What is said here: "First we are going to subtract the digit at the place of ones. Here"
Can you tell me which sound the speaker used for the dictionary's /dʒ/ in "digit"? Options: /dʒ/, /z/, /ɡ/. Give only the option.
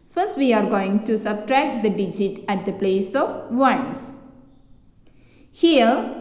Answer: /dʒ/